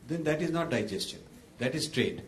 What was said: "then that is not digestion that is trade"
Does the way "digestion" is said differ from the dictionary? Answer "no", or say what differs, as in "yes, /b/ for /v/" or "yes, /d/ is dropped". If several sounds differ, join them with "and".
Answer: no